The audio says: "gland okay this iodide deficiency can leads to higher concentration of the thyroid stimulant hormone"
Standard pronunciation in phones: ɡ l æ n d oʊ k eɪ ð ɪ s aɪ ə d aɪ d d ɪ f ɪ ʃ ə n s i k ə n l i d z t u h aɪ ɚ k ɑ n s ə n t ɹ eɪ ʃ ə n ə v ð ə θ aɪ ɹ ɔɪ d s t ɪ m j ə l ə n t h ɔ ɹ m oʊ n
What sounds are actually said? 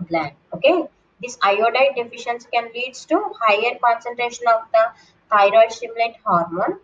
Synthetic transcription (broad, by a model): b l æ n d oʊ k eɪ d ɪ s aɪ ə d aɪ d d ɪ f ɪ ʃ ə n s k ə n l i d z t u h aɪ ɚ k ɑ n s ə n t ɹ eɪ ʃ ə n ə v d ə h aɪ ɹ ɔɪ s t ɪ m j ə l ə t h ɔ ɹ m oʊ n